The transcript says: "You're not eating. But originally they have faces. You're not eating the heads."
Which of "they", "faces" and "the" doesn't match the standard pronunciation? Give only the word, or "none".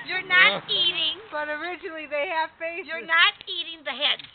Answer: faces